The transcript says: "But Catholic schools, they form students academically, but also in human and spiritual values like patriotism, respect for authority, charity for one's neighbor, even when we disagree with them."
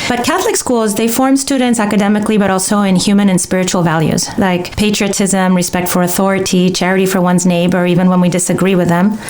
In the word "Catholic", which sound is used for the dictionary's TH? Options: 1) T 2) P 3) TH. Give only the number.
3